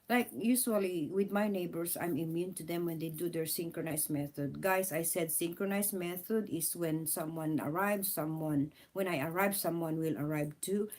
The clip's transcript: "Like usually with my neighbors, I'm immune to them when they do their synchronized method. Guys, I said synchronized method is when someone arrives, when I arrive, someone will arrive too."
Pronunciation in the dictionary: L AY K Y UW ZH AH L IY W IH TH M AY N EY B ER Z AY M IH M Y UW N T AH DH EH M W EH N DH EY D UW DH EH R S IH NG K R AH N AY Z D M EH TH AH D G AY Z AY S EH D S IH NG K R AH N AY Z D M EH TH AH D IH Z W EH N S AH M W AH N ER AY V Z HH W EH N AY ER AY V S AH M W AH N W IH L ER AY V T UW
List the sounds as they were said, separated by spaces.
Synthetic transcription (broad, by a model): L AY K Y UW S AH L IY W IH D M AY N EY B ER S AY M IH M Y UW N T AH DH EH M W EH N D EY D UW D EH R S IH NG K R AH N AY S M EH TH AH D G AY S AY S EH D S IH NG K R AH N AY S M EH TH AH D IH S W EH N S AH M W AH N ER AY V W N W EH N AY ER AY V S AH M W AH N W IH L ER AY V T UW